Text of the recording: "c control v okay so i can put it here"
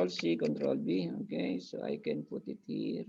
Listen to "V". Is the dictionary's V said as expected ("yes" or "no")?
no